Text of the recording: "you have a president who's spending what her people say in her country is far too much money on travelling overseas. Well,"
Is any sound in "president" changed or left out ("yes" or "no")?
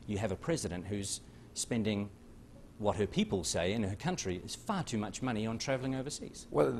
no